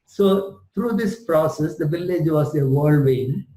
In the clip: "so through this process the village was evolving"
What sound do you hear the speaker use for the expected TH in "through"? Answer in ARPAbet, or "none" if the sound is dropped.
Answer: T